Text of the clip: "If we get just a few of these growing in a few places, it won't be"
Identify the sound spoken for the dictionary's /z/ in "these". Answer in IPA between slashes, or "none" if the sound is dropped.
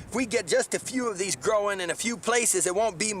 /z/